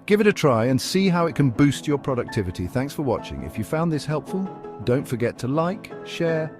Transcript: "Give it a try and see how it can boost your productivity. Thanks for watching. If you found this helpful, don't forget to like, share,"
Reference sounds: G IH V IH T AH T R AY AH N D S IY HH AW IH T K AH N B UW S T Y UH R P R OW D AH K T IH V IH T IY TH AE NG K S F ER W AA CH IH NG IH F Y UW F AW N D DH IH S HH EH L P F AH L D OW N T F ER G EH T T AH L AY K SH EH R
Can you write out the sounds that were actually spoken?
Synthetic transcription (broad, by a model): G IH V IH T AH T R AY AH N S IY HH AW IH T K AH N B UW S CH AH R P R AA D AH K T IH V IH T IY TH AE NG K S F ER W AA CH IH NG IH F Y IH F AW N DH IH S HH EH L P F AH L D OW N T F ER G EH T T AH L AY K SH EH R